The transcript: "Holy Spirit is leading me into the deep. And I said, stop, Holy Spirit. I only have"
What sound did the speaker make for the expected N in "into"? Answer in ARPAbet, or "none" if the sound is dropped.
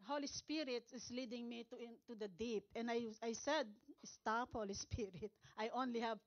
none